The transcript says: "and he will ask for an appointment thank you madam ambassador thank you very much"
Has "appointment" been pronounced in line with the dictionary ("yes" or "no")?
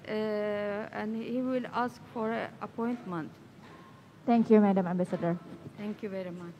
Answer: yes